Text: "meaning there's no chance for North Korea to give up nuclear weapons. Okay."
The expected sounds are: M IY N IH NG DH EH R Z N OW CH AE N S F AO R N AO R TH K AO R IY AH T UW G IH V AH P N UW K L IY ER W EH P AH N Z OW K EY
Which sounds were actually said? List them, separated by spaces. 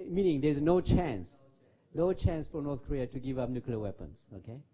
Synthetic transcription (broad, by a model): M IY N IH NG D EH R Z N OW CH AE N S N AO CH N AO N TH K AO R IY AH T UW G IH V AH P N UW K L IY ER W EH P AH N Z OW K EY